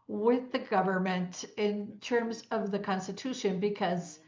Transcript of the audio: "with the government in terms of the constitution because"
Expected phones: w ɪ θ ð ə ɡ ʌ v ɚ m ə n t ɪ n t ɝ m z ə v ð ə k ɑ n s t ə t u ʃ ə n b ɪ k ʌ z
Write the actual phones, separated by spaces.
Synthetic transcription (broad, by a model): w ɪ ð ə ɡ ʌ v ɚ m ə n t ɪ n t ɝ m z ə v ð ə k ɑ n s t ə t u ʃ ə n b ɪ k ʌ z